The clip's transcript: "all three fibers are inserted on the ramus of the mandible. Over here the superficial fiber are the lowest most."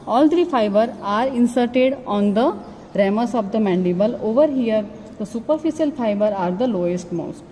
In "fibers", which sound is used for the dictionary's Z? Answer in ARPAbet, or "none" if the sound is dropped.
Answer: none